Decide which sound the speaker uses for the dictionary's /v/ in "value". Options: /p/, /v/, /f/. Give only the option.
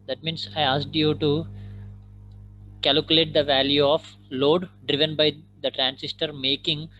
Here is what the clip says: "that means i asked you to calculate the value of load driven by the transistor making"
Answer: /v/